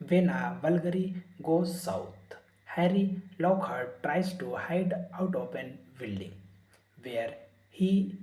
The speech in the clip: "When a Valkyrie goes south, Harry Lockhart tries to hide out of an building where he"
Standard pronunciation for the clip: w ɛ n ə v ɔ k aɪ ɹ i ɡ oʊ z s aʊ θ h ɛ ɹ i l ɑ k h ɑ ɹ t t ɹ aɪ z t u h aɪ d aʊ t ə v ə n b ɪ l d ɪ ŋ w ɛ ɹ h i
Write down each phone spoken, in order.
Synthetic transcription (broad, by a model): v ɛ n ə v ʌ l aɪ ɹ i ɡ oʊ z s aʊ t h ɛ ɹ i l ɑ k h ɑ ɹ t t ɹ aɪ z t u h aɪ d aʊ t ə p ə n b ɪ l d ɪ ŋ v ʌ ɹ h i